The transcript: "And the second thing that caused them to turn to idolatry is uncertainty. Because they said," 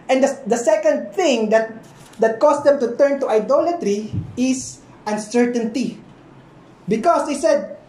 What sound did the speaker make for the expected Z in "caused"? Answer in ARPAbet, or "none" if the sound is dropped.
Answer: S